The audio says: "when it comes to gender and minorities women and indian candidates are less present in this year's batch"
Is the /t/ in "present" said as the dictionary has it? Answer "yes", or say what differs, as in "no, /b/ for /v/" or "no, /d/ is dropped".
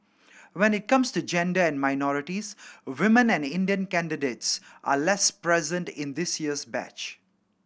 yes